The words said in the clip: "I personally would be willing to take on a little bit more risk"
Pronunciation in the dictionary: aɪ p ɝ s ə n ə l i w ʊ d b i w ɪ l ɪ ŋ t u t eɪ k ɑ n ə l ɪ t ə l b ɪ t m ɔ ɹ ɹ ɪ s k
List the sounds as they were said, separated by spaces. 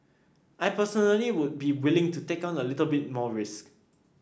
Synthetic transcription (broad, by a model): aɪ p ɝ s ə n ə l i w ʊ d b i w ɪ l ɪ ŋ t u t eɪ k ɑ n ə l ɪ t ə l b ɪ t m ɔ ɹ ɹ ɪ s k